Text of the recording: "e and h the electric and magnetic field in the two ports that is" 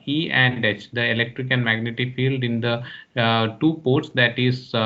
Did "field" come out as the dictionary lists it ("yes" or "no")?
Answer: yes